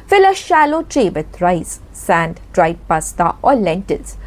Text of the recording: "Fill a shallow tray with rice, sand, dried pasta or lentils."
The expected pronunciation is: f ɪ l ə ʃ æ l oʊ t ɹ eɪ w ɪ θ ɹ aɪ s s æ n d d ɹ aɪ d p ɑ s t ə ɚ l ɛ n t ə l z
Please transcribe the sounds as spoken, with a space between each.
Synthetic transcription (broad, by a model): f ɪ l ə ʃ æ l oʊ t ɹ eɪ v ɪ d ɹ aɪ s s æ n d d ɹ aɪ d p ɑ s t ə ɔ l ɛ n t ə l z